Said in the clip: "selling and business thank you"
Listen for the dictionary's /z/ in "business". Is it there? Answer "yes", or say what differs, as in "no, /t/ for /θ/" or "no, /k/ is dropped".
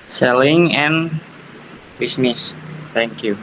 no, /s/ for /z/